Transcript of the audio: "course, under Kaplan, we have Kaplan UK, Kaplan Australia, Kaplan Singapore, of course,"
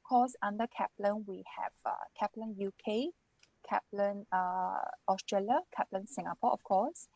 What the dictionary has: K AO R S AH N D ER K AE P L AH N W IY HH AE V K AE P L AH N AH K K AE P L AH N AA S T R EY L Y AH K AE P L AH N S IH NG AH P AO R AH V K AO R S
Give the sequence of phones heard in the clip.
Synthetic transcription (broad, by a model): K AO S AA N D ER K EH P L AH N W IY HH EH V K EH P L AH N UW K K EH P L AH N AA S T R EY L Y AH K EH P L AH N S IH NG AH P AO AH F K AO S